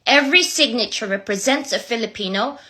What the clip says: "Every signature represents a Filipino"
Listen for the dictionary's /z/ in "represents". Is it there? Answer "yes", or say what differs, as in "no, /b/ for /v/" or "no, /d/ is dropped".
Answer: yes